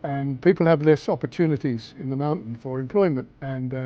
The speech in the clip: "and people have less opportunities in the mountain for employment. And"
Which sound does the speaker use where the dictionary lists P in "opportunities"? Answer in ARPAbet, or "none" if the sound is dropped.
P